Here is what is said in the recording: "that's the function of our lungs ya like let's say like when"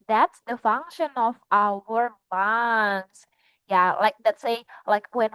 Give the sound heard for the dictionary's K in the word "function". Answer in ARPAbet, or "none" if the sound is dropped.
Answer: K